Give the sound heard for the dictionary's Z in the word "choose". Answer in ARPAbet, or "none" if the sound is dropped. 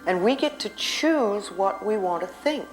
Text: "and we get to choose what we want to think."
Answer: Z